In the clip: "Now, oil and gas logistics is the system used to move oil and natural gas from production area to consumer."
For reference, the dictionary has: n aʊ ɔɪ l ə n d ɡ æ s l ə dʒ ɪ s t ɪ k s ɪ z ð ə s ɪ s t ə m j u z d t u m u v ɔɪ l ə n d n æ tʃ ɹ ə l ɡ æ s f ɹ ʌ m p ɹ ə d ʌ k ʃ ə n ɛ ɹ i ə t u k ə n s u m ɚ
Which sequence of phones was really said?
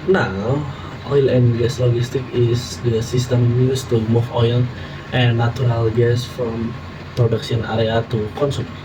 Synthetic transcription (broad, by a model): n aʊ ɔɪ l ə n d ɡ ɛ s l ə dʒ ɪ s t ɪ k ɪ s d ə s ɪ s t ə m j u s t u m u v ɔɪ l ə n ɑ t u ɹ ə l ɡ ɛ s f ɹ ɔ m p ɹ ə d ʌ k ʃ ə n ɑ ɹ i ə t u k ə n s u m